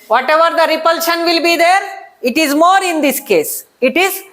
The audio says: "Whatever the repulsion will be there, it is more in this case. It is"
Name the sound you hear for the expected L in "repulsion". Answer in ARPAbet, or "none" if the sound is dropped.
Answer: L